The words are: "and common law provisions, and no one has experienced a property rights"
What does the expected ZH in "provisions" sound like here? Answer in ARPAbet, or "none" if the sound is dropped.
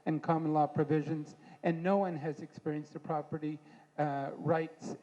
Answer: ZH